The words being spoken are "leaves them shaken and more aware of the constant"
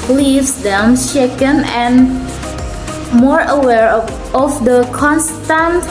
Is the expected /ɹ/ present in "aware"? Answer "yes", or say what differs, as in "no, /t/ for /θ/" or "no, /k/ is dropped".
yes